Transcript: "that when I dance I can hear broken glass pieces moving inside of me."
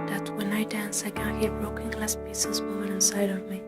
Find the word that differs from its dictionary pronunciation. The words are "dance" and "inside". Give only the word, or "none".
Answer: none